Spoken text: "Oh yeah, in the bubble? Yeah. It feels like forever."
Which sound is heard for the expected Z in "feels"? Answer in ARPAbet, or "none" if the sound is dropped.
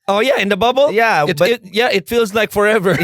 Z